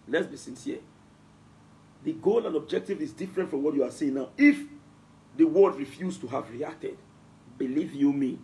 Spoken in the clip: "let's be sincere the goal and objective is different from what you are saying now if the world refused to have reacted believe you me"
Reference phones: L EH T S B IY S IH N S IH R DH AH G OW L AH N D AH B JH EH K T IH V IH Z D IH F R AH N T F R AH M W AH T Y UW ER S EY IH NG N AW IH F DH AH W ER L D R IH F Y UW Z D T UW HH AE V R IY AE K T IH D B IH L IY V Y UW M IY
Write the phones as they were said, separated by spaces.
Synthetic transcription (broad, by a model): L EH T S B IY S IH N S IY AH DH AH G OW L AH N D AH B JH EH K T IH V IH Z D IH F R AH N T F R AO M W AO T Y UW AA S EY IH NG N AW IH F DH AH W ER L D R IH F Y UW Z T UW HH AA V R IY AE K T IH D B IH L IY V Y UW M IY